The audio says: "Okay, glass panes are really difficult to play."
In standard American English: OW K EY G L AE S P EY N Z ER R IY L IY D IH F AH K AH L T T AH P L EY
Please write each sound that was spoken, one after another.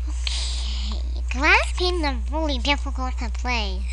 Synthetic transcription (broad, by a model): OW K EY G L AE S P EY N ER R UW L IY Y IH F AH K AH T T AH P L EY